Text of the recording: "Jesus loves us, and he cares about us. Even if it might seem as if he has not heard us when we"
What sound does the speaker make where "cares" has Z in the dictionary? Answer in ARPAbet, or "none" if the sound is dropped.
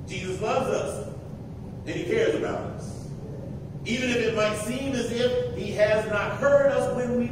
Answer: Z